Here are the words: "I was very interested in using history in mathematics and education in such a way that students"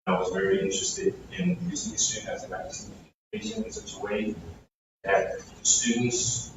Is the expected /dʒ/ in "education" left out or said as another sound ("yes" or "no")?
yes